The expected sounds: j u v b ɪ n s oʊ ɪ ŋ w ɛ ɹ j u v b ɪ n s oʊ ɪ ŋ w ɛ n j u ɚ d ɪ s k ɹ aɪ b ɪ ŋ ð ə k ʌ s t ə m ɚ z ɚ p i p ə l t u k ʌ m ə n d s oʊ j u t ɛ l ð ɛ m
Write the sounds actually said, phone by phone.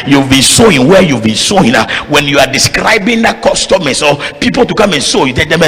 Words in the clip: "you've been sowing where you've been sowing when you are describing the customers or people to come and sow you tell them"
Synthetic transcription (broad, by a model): j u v b ɪ n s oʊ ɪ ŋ w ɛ j u v b ɪ n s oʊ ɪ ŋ w ɛ n j u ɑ d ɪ s k ɹ aɪ b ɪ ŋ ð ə k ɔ s t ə m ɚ s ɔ p i p ə l t u k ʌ m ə n s oʊ j u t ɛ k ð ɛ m